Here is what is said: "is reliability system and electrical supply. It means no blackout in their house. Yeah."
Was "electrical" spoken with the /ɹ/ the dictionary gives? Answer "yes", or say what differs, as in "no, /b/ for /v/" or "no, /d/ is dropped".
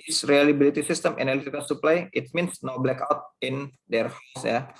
no, /ɹ/ is dropped